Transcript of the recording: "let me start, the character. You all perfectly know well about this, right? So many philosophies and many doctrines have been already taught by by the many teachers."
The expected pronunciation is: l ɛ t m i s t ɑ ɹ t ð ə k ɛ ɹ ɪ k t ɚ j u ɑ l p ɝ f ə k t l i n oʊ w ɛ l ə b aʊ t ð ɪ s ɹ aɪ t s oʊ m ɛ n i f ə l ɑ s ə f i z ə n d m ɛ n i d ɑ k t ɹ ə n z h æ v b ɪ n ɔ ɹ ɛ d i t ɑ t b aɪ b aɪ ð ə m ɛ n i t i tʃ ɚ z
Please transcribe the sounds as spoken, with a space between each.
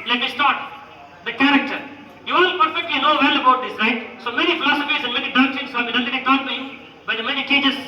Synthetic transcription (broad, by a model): l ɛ t m i s t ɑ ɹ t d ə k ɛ ɹ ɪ k t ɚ j u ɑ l p ɝ f ə k t l i n oʊ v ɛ l ə b aʊ t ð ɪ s ɹ aɪ t s oʊ m ɛ n i f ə l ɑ s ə f i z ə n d m ɛ n i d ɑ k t ə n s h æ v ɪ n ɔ ɛ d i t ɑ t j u b aɪ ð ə m ɛ n i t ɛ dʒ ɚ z